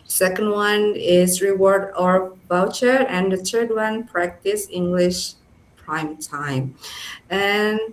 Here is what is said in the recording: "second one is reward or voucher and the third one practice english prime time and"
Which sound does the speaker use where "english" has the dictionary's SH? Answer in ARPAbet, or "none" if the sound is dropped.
SH